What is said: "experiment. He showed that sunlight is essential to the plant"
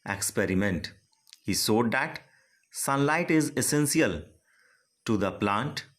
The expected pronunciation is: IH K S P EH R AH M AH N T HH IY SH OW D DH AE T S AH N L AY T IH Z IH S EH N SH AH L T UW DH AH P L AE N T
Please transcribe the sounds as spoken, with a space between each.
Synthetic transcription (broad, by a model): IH K S P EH R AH M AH N T HH IY S OW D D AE T S AH N L AY T IH Z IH S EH N S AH L T UW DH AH P L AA N T